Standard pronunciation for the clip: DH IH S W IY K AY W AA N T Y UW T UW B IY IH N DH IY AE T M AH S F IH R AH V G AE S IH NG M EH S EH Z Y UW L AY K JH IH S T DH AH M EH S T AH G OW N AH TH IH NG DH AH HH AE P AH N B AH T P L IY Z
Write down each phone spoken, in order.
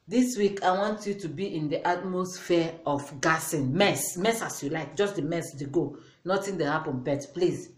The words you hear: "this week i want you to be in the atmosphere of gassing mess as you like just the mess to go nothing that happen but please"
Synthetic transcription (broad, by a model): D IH S W IY K AY W AA N T Y UW T UW B IY IH N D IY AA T M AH S F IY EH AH F G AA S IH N M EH S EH S Y UW L AY K JH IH S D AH M EH S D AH G OW N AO T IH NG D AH HH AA P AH N B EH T P L IY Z